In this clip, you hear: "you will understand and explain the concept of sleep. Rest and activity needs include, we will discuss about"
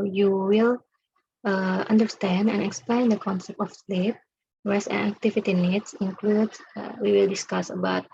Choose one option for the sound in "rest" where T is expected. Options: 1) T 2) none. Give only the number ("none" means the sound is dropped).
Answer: 2